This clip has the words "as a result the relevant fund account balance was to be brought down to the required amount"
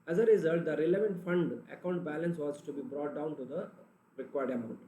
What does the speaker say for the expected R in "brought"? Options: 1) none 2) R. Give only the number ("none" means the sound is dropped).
2